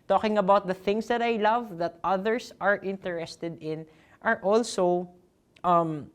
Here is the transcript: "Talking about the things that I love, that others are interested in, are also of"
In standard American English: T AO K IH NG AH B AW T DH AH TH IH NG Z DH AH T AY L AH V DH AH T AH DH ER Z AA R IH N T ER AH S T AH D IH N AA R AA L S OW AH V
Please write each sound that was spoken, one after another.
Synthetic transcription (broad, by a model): T AO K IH NG AH B AW T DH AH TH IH NG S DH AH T AY L AH V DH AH T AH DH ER S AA R IH N T ER AH S T AH D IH N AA R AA L S OW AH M